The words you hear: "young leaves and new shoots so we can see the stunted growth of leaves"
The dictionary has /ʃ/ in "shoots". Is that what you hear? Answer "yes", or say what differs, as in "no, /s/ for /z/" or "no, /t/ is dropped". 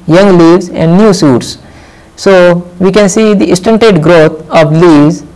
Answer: no, /s/ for /ʃ/